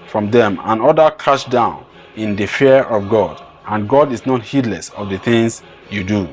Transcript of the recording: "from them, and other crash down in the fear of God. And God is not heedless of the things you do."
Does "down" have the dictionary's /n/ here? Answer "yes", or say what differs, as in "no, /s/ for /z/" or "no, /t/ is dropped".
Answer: yes